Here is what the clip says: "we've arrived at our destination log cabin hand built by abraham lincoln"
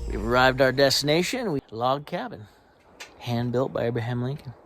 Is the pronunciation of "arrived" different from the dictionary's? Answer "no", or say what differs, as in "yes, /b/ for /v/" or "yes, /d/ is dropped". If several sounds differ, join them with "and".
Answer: no